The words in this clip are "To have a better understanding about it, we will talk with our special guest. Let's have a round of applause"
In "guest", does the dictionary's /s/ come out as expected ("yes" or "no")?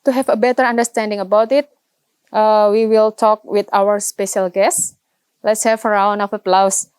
yes